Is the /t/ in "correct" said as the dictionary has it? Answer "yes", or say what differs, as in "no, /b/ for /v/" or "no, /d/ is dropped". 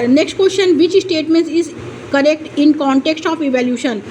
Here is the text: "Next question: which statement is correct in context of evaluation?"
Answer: yes